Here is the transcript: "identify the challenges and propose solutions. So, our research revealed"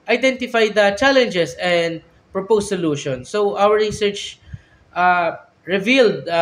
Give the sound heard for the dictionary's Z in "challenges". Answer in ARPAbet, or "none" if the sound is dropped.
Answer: S